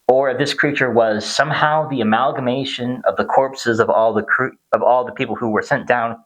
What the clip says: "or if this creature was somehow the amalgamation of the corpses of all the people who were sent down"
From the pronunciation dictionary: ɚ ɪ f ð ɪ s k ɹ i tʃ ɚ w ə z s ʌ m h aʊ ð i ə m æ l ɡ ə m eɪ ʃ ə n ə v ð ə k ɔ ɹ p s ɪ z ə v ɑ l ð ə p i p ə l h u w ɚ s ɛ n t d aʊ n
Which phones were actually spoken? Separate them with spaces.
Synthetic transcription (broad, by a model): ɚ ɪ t ð ɪ s k ɹ i tʃ ɚ w ə z s ʌ m h aʊ ð i ə m æ l ɡ ə m eɪ ʃ ə n ə v ð ə k ɔ ɹ p s ɪ z ə v ɑ l ð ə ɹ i p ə l h u w ɚ s ɛ n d aʊ n